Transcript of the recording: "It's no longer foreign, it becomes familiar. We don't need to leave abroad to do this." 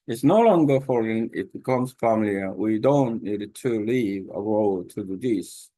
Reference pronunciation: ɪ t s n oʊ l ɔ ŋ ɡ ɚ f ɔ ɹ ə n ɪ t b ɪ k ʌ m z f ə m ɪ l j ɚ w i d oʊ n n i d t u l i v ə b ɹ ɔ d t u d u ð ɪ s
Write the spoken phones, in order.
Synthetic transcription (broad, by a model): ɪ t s n oʊ l ɔ ŋ ɡ ɚ f ɔ ɹ ə n ɪ t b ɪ k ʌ m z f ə m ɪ l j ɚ w i d oʊ n n i d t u l i v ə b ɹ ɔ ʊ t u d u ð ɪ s